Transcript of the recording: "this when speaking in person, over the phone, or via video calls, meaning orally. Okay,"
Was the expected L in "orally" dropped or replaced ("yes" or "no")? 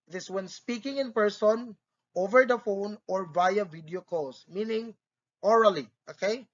no